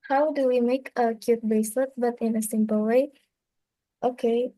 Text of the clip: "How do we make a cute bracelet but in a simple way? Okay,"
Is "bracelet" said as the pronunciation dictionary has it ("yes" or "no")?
no